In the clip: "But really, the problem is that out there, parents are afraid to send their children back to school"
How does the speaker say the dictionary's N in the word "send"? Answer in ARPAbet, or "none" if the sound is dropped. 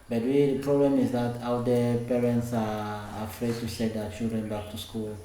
none